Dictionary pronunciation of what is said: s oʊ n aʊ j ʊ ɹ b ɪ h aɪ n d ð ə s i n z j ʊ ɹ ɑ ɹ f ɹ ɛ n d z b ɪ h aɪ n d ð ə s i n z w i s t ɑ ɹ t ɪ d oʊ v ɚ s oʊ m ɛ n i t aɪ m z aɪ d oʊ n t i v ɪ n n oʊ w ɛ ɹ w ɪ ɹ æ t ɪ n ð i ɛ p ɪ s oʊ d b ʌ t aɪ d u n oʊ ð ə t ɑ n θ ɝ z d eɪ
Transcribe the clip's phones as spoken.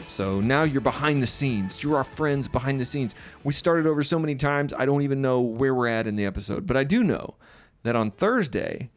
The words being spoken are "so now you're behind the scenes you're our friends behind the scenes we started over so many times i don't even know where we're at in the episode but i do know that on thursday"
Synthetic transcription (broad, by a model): s oʊ n aʊ j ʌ ɹ b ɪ h aɪ n ð ə s i n z j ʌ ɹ ɹ f ɹ ɛ n d z b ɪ h aɪ n ð ə s i n z w i s t ɑ ɹ t ɪ d oʊ v ɚ s oʊ m ɛ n i t aɪ m z aɪ d oʊ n t i v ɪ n n oʊ w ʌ ɹ w ɪ ɹ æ t ɪ n ð i ɛ p ɪ s oʊ d b ʌ t aɪ d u n oʊ ð ə t n θ ɝ z d eɪ